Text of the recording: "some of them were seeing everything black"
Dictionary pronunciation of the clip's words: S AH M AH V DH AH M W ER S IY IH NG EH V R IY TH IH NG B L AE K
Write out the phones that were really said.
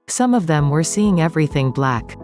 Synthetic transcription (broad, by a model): S AH M AH V DH AH M W ER S IY IH NG EH V R IY TH IH NG B L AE K